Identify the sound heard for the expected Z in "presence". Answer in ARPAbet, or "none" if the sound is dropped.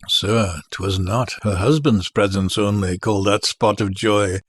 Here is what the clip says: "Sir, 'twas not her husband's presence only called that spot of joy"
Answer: Z